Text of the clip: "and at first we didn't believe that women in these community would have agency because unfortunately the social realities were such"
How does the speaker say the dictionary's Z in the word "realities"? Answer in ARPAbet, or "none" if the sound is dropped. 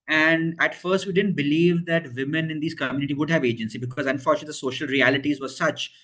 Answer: Z